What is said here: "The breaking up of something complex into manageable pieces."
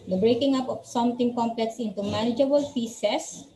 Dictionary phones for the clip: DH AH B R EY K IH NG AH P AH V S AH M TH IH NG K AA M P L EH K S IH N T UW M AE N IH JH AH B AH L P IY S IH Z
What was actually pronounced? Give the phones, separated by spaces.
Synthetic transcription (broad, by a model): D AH B R EY K IH NG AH P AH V S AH M T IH NG K AA M P L EH K S IH N T UW M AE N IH JH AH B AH L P IY S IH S